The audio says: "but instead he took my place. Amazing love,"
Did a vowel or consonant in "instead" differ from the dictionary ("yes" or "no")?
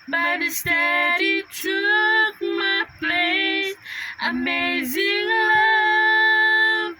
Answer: yes